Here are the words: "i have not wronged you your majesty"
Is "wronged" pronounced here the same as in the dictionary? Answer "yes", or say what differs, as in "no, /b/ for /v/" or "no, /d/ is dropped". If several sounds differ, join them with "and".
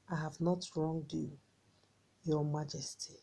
yes